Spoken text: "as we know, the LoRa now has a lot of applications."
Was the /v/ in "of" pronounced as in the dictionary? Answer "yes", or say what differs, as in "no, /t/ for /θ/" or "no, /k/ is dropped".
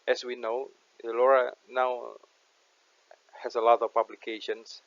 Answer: no, /p/ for /v/